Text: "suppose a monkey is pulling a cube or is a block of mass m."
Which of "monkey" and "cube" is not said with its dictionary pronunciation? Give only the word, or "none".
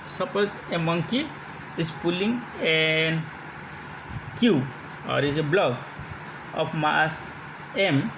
cube